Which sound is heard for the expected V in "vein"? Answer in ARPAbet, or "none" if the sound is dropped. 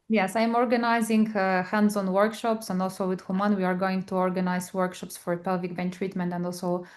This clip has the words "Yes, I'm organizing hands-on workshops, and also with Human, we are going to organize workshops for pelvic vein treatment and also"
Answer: B